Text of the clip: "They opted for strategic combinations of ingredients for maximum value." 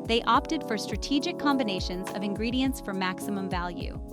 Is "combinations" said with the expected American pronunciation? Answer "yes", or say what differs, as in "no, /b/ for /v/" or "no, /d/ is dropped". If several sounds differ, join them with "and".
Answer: yes